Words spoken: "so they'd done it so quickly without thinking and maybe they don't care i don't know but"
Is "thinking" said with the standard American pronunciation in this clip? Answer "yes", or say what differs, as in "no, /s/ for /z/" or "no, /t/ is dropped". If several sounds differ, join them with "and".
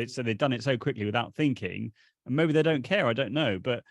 yes